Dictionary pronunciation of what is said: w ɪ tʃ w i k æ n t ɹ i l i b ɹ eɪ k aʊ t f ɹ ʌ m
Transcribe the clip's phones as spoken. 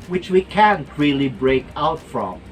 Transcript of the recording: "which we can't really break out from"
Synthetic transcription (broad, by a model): w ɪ tʃ w i k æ n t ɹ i l i b ɹ eɪ k aʊ t f ɹ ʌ m